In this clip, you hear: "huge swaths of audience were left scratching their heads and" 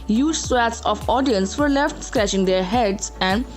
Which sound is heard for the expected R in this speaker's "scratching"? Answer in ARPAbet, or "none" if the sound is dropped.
R